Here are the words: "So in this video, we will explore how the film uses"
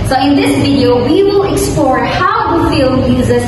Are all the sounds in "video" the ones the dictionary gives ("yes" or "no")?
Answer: yes